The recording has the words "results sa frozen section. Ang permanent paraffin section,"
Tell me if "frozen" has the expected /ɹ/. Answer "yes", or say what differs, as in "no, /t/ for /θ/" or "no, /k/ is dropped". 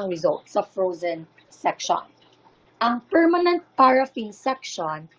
yes